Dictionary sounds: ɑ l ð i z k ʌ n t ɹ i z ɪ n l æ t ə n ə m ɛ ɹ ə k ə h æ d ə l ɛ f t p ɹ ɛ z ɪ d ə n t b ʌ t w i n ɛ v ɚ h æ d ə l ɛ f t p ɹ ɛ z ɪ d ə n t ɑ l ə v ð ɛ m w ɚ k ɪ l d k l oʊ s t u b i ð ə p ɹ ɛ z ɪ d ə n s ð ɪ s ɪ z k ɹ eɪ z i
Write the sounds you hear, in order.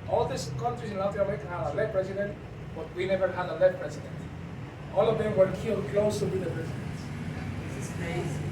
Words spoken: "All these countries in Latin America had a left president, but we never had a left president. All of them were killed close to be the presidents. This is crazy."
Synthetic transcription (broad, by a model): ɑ l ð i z k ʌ n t ɹ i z ɪ n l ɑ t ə ə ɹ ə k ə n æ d ə l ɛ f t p ɹ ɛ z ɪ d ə n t b ʌ t w i n ɛ v ɚ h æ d ə l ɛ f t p ɹ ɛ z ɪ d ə n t ɑ l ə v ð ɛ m w ɚ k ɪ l k l oʊ s t u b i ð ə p ɹ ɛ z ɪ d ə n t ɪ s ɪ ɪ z